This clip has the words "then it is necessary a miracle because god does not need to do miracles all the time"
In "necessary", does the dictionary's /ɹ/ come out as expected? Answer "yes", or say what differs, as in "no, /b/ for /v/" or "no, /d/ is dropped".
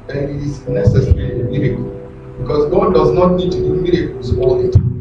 no, /l/ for /ɹ/